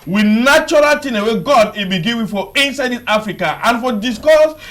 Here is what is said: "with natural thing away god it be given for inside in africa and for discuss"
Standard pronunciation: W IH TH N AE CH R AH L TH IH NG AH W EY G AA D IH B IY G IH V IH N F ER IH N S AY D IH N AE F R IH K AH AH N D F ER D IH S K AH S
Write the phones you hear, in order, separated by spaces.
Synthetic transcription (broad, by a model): W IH N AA CH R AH L T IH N AH W EY G AA D IH B IY G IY W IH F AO IH N S AY D IH N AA F R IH K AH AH N F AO D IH S K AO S